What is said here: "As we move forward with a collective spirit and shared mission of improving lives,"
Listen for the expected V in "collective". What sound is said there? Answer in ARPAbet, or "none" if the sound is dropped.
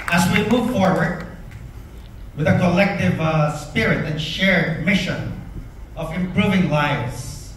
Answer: V